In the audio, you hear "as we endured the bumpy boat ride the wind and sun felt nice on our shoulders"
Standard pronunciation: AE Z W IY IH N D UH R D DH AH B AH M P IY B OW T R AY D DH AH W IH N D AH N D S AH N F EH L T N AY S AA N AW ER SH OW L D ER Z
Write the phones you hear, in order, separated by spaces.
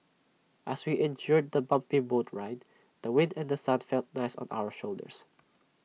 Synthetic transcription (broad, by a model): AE S W IY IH N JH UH R D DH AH B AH M P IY B OW T R AY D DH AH W IH N D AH N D S AH N F EH L T N AY S AA N AW ER SH OW L D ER S